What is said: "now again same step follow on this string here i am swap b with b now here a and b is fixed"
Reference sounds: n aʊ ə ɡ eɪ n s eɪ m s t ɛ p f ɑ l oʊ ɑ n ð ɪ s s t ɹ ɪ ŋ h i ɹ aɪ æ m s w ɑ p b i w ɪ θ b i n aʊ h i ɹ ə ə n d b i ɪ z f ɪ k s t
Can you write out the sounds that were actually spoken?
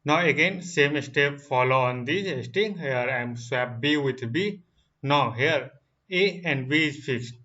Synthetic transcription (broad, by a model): n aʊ ə ɡ eɪ n s eɪ m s t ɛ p f ɑ l oʊ ɑ n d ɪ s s t ɪ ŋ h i ɹ aɪ m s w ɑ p b i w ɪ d b i n aʊ h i ɹ ə ə n d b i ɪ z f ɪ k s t